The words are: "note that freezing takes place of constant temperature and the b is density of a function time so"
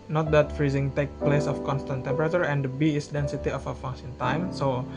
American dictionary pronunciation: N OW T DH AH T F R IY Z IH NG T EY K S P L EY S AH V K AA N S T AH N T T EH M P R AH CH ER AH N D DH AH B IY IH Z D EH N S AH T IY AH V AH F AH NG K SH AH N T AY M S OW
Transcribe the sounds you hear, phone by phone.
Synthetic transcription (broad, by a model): N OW T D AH T F R IY Z IH NG T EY K P L EY S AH F K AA N S T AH N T T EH M P R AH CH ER AH N D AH B IY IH S D EH N S AH T IY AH F AH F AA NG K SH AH N T AY M S OW